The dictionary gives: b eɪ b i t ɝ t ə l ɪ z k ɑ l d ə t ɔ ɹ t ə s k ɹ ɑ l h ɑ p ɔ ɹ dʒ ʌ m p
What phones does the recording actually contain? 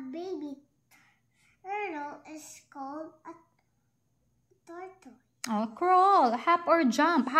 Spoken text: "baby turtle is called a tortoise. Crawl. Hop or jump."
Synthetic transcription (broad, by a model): b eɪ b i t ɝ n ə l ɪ s k ɑ l d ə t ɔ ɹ t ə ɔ k ɹ ɑ l h ɑ p ɔ ɹ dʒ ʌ m p